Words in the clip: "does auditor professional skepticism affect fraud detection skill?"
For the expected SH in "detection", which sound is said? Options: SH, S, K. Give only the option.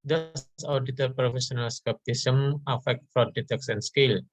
S